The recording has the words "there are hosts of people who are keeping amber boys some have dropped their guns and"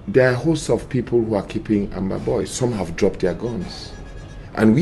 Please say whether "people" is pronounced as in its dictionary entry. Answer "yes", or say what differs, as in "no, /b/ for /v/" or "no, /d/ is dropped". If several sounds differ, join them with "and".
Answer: yes